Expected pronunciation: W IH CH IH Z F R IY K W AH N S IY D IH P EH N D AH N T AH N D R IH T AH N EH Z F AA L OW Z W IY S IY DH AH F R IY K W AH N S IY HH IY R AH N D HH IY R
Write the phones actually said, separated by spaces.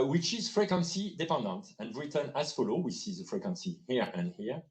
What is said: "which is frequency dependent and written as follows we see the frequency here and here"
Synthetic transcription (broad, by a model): W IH CH IH Z F R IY K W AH N S IY D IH P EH N D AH N T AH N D R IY T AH N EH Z F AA L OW W IY S IY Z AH F R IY K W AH N S IY HH IY R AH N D HH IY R